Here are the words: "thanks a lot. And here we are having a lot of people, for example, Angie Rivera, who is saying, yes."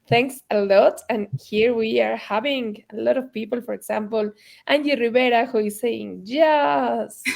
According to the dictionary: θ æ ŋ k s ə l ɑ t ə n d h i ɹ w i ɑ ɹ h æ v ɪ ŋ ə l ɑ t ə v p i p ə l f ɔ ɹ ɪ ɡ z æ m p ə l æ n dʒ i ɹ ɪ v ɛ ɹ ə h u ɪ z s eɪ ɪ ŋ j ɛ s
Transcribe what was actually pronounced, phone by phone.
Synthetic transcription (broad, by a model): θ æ ŋ k s ə l ɑ t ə n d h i ɹ w i ɑ ɹ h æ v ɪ ŋ ə l ɑ t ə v p i p ə l f ɔ ɹ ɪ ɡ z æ m p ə l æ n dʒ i ɹ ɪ b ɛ ɹ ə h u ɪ s eɪ ɪ ŋ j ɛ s